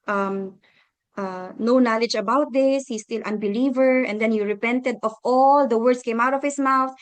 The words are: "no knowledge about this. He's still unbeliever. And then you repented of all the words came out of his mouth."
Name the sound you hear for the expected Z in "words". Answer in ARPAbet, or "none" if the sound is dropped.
S